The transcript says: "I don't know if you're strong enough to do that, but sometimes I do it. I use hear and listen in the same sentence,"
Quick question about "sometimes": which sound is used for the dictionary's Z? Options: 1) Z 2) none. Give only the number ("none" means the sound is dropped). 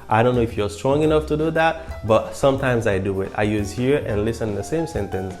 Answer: 1